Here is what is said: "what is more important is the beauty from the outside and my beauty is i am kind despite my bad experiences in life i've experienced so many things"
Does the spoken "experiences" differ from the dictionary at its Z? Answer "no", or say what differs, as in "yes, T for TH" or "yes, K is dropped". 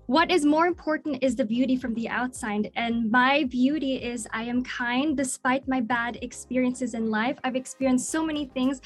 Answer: no